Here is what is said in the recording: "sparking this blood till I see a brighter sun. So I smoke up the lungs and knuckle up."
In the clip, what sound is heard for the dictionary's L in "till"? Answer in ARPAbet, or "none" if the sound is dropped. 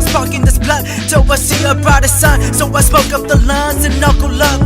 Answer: W